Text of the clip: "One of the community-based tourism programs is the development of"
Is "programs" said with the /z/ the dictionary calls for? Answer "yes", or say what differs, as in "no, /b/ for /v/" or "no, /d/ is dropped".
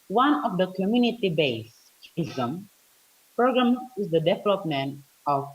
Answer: no, /z/ is dropped